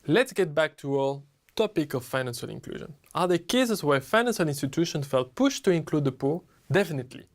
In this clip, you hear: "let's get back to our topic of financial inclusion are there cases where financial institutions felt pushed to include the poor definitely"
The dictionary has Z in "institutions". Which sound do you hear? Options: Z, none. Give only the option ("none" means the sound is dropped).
none